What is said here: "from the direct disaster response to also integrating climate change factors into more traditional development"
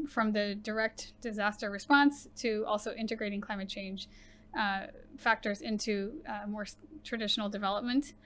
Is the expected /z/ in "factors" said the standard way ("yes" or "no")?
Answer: yes